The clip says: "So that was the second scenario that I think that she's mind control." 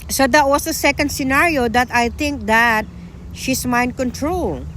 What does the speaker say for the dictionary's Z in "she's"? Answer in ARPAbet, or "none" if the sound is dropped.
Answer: S